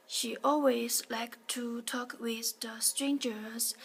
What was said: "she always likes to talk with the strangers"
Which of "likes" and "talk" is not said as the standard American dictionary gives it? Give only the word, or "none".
likes